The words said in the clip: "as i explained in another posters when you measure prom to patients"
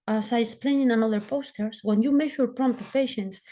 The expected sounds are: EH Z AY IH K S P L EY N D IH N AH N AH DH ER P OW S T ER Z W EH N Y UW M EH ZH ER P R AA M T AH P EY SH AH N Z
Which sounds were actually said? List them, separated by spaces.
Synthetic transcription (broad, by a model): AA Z AY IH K S P L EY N IH N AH N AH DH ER P OW S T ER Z W EH N Y UW M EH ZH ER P R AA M T AH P EY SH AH N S